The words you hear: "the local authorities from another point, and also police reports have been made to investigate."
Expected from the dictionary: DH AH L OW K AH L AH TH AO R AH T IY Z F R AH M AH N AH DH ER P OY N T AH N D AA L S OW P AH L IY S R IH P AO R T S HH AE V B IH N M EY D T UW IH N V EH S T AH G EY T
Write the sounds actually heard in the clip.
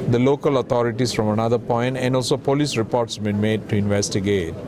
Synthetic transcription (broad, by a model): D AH L OW K AH L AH T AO R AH T IY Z F R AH M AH N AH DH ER P OY N T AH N D AA L S OW P AH L IY S R IH P AO R T S B IH N M EY D T UW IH N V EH S T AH G EY T